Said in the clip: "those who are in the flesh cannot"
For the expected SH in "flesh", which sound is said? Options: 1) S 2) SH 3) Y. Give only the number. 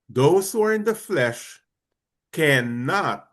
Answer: 2